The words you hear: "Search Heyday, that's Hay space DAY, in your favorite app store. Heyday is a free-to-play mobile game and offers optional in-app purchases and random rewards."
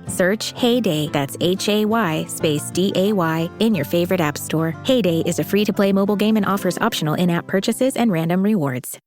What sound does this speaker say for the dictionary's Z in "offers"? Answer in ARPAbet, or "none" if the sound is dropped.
Z